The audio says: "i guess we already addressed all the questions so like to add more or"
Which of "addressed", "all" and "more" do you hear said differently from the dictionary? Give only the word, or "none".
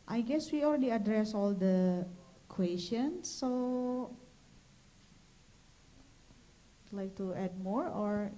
addressed